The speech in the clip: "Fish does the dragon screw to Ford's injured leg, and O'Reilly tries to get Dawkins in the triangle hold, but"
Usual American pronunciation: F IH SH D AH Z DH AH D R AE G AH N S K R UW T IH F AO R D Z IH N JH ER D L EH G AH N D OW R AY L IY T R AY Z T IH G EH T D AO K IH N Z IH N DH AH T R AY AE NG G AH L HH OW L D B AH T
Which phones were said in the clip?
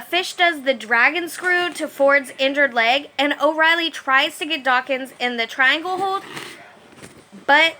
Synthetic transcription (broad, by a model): F IH SH D AH Z DH AH D R AE G AH N S K R UW T IH F AO R D Z IH N JH ER D L EH G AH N OW R AY L IY T R AY Z T IH G EH T D AO K IH N Z IH N DH AH T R AY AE NG G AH L HH OW L D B AH T